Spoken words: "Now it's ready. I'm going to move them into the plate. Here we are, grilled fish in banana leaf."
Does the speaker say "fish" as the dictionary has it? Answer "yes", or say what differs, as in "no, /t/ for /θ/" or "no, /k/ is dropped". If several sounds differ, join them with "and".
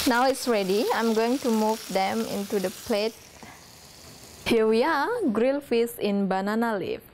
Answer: no, /s/ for /ʃ/